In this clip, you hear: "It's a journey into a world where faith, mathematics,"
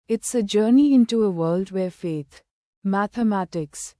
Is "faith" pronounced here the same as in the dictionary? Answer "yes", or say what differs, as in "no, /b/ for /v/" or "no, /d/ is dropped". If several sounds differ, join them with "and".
no, /t/ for /θ/